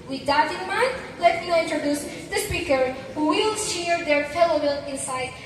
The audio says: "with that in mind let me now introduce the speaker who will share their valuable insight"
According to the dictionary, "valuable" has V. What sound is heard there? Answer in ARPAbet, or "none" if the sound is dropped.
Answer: F